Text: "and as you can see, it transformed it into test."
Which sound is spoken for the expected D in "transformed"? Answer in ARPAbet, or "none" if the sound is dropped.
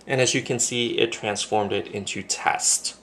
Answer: D